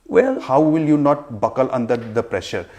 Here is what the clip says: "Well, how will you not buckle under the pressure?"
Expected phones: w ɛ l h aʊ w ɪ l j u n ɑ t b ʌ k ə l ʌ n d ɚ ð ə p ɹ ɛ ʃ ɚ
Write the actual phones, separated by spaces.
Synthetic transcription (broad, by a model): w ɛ l h aʊ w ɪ l j u n ɑ t b ʌ k ə l ʌ n d ɚ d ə p ɹ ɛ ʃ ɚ